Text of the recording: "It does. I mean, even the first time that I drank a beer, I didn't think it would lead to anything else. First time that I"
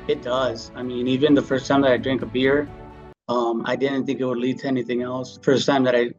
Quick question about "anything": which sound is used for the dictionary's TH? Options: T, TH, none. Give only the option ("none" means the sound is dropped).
TH